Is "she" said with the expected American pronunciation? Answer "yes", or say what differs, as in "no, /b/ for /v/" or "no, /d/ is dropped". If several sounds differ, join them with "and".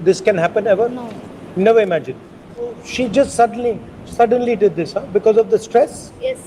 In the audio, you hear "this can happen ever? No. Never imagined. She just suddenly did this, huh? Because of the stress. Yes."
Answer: yes